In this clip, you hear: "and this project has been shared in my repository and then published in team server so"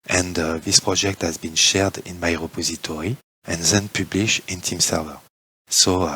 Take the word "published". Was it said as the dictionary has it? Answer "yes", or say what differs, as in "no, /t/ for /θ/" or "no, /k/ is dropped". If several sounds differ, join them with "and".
no, /t/ is dropped